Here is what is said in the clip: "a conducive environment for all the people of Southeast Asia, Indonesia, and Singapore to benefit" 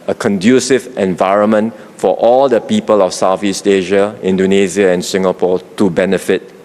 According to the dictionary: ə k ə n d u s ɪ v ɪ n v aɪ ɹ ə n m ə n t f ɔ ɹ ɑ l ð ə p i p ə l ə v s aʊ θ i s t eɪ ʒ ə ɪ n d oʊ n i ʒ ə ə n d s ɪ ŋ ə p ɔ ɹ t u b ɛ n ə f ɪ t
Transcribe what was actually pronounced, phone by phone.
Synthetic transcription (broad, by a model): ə k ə n d u s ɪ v ɪ n v aɪ ɹ ə n m ə n t f ɔ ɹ ɑ l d ə p i p ə l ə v s aʊ f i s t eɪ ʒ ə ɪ n d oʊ n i z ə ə n s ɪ ŋ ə p ɔ t u b ɛ n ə f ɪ t